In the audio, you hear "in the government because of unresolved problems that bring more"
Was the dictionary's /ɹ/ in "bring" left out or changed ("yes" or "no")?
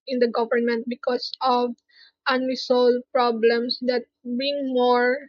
yes